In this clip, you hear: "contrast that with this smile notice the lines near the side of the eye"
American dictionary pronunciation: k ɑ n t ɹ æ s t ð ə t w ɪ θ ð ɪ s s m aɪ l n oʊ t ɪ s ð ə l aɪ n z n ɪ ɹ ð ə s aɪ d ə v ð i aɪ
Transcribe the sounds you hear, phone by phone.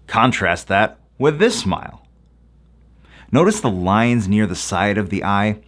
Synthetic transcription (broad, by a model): k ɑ n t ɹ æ s t ð ə t w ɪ ð ɪ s s m aɪ l n oʊ t ɪ s ð ə l aɪ n z n ɪ ɹ ð ə s aɪ d ə v ð i aɪ